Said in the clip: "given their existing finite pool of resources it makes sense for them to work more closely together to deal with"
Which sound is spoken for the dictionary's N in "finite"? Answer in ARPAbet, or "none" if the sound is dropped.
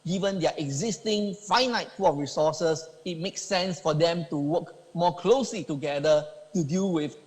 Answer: N